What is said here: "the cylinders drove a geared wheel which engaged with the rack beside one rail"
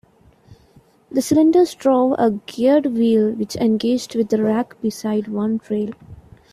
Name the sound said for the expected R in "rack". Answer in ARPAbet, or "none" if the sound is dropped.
R